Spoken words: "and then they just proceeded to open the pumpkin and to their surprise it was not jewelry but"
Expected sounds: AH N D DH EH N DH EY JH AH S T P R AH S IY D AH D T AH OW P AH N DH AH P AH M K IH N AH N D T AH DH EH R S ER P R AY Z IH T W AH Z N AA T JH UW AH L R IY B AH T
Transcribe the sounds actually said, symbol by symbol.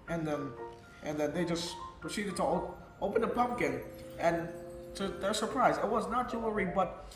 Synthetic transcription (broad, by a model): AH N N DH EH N DH EY JH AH S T P R AH S IY D AH D T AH OW P AH N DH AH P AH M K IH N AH N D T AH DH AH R S ER P R AY Z IH T W AH Z N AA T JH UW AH R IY B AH T